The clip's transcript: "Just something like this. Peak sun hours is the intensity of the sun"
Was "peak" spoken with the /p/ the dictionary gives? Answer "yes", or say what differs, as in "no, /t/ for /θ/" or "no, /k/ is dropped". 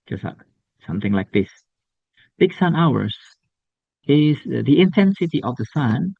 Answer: no, /b/ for /p/